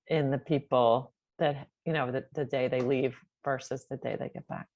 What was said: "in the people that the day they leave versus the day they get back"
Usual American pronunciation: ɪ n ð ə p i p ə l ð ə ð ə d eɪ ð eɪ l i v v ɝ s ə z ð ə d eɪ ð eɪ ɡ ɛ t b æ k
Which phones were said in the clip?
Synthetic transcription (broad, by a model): ɪ n ð ə p i p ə n ð ə ð ə d eɪ ð eɪ l i v v ɝ s ə z ð ə d eɪ ð eɪ ɡ ɛ t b æ k